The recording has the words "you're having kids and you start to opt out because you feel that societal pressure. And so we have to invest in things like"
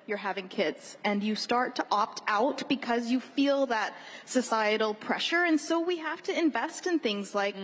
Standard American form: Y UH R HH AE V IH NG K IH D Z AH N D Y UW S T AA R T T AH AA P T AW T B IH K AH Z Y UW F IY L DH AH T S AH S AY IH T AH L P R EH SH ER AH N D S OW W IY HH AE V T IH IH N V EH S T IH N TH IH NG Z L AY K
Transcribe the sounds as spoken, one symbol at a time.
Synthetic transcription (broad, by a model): Y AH R HH AE V IH NG K IH D Z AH N Y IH S T AA R T T AA P T AW T B IH K AH Z Y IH F IY L DH AH T S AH S AY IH T L P R EH SH ER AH N S OW W IY HH AE F T IH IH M V EH S T IH N TH IH NG Z L AY K